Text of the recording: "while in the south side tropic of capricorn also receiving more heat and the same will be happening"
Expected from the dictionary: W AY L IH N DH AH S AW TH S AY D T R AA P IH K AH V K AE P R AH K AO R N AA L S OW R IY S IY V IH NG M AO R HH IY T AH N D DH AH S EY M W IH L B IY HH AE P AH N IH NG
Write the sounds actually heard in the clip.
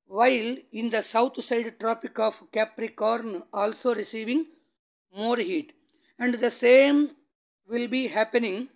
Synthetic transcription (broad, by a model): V AY L IH N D AH S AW T S AY D T R AA P IH K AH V K AE P R AH K AO R N AA L S OW R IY S IY V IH NG M AO R HH IY T AH N D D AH S EY M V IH L B IY HH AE P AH N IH NG